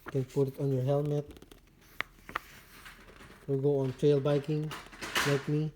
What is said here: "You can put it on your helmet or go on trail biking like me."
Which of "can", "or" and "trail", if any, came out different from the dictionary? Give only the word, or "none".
or